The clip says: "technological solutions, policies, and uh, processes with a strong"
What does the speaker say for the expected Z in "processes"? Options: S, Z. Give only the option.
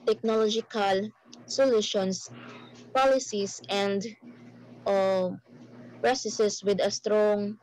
S